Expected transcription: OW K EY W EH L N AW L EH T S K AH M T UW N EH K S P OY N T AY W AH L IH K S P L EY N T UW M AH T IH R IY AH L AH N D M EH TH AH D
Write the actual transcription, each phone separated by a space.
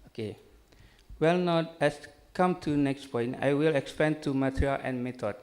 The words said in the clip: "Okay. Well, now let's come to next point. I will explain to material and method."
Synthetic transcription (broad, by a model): OW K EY W EH L N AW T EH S K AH M T UW N EH K S P OY N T AY W AH L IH K S P EY N T UW M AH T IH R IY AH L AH N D M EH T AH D